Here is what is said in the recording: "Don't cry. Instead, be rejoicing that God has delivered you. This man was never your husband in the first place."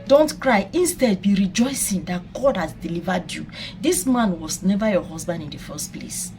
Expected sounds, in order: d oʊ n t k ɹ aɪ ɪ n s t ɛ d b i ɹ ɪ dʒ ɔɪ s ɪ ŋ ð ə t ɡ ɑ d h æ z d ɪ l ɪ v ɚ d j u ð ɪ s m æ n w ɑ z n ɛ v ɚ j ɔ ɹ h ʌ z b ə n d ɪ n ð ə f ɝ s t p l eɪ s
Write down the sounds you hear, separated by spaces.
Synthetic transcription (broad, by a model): d oʊ n t k ɹ aɪ ɪ n s t ɛ d b i ɹ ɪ dʒ ɔɪ s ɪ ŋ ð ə t ɡ ɑ d h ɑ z d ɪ l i v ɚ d j u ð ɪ s m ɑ n w ɑ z n ɛ v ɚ j ɔ h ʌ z b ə n d ɪ n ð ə f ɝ s t p l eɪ s